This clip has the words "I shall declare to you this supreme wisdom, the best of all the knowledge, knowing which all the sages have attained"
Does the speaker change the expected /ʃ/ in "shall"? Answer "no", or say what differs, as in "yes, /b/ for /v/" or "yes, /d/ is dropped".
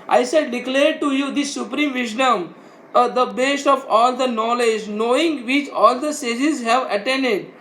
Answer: yes, /s/ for /ʃ/